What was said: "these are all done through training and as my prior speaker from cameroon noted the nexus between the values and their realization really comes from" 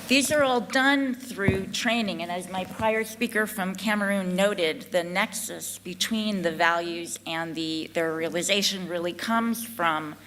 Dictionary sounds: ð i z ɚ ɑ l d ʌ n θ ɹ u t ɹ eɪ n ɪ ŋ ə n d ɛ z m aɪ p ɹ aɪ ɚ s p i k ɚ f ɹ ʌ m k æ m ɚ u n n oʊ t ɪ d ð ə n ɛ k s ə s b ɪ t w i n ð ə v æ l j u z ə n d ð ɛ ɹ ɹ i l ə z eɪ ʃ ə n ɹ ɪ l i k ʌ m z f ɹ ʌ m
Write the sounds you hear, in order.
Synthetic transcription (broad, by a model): ð i z ɚ ɑ l d ʌ n θ ɹ u t ɹ eɪ n ɪ ŋ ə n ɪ z m aɪ p ɹ aɪ ɚ s p i k ɚ f ɹ ʌ m k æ m ɚ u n n oʊ t ɪ d ð ə n ɛ k s ə s b ɪ t w i n ð ə v æ l j u z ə n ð ð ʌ ɹ ɹ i l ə z eɪ ʃ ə n ɹ ɪ l i k ʌ m z f ɹ ʌ m